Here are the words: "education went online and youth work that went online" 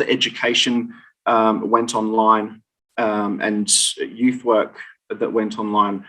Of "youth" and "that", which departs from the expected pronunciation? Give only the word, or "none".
none